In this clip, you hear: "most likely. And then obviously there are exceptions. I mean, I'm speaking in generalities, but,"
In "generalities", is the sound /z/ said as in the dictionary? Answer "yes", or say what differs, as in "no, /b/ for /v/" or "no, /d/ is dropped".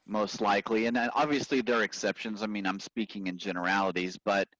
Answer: yes